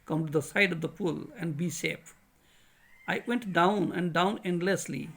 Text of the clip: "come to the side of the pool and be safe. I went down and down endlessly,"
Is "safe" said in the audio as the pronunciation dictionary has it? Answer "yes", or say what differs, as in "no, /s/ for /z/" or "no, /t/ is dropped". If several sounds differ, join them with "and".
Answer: no, /p/ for /f/